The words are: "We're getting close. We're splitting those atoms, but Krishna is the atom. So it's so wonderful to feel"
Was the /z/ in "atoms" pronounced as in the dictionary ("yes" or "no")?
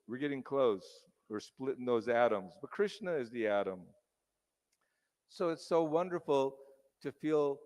yes